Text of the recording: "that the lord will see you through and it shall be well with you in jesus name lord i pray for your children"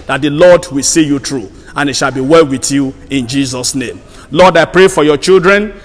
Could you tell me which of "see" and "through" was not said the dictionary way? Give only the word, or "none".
through